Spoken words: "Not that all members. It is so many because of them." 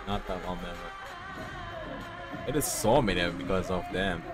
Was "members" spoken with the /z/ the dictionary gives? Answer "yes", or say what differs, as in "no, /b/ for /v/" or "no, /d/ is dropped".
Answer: no, /z/ is dropped